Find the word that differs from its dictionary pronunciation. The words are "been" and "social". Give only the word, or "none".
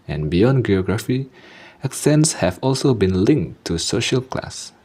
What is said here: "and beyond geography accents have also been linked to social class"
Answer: none